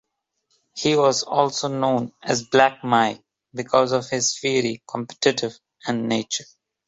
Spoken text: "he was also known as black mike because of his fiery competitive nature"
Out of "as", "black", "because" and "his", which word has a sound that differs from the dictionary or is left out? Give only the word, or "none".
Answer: none